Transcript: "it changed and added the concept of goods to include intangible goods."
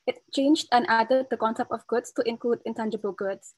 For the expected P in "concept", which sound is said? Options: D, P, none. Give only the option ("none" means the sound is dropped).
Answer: P